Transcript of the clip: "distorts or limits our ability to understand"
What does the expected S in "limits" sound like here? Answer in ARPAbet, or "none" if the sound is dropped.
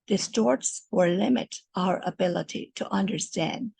none